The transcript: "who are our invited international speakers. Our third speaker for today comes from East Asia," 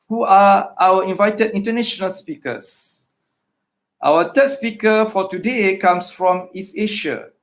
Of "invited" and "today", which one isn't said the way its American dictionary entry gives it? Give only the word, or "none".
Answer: none